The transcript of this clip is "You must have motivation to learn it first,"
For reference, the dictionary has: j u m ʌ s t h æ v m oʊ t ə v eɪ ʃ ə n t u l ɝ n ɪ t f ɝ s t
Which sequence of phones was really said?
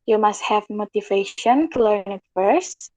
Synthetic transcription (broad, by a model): j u m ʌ s t h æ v m oʊ t ə v eɪ ʃ ə n t u l ɝ n ɪ t f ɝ s t